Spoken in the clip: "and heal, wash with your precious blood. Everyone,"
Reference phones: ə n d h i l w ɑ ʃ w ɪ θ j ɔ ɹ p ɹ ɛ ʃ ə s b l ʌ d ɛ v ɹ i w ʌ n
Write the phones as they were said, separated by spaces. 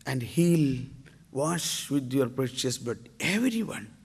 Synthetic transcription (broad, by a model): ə n d h i l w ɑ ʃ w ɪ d j ɔ ɹ p ɹ ɛ ʃ ə s b ʌ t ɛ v ɹ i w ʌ n